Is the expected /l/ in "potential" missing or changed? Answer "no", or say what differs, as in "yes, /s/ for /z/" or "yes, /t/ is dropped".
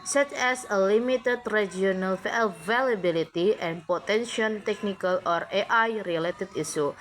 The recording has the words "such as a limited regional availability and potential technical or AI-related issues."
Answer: yes, /n/ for /l/